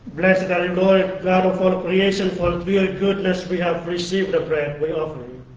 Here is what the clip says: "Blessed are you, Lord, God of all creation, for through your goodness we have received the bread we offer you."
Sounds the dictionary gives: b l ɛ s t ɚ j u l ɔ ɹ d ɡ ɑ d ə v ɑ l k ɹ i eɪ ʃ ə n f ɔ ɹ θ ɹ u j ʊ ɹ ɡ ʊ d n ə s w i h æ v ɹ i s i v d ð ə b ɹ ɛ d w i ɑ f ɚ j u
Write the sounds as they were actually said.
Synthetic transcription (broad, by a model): b l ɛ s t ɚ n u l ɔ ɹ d ɡ ɑ d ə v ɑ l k ɹ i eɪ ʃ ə n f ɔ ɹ t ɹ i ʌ l ɡ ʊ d n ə s w i h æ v ɹ i s i v d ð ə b ɹ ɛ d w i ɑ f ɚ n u